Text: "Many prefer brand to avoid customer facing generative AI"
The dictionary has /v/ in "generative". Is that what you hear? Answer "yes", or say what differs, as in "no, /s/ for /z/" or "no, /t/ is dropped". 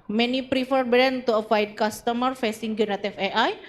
no, /f/ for /v/